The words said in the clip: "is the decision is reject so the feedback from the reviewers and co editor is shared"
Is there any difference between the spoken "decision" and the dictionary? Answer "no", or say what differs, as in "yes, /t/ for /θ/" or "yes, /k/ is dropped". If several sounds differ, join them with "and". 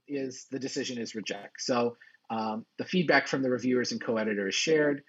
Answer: no